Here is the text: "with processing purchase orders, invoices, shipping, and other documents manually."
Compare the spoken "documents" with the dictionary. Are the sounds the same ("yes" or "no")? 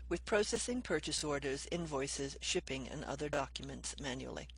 yes